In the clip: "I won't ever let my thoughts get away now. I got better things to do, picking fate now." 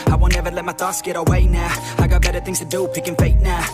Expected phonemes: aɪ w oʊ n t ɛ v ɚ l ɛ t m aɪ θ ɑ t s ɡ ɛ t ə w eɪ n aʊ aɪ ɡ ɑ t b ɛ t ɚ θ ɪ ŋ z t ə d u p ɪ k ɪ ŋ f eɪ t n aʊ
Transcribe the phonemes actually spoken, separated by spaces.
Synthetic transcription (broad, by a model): aɪ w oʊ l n ɛ v ɚ l ɛ t m aɪ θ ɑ s ɡ ɛ t ə w eɪ n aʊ aɪ ɡ ɑ t b ɛ t ɚ θ ɪ ŋ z t ə d u p ɪ k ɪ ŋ f eɪ t n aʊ